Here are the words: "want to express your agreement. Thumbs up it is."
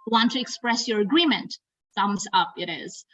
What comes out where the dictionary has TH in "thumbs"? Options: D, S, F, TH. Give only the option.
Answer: S